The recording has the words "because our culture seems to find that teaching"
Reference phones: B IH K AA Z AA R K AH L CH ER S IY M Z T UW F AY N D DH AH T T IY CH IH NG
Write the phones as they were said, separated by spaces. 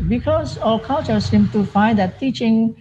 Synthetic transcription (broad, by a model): B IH K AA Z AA L K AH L CH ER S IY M T UW F AY N D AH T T IY CH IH NG